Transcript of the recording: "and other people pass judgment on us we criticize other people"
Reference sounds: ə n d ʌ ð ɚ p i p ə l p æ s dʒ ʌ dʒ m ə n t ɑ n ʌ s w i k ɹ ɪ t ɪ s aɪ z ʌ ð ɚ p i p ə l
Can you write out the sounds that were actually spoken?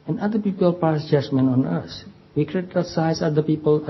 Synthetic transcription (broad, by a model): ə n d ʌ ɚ p i p ə l p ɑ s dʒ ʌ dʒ m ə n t ɑ n ʌ s w i k ɹ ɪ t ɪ s aɪ s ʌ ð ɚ p i p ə l